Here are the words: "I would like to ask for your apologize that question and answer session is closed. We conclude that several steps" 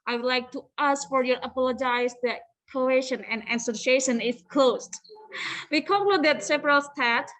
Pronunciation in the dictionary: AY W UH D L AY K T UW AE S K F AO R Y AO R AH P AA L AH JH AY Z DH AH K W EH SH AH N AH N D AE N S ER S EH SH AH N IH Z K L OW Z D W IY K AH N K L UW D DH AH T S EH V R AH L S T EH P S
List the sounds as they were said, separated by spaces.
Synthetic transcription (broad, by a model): AY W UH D L AY K T UW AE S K F AO R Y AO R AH P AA L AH JH AY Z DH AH K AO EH SH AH N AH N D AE S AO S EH SH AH N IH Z K L OW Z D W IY K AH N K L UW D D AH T S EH P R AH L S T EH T